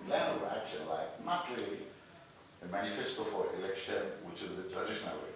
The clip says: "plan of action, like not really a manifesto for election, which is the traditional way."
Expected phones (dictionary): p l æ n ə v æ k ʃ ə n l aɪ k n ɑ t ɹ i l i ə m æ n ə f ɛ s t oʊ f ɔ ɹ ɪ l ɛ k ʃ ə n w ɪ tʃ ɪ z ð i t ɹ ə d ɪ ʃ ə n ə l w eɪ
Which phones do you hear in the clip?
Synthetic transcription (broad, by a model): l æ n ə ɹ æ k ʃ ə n l aɪ k n ɑ t ɹ i l i ə m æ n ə f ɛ s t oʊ f ɔ ɹ ɪ l ɛ k ʃ ə n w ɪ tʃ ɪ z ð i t ɹ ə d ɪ ʃ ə n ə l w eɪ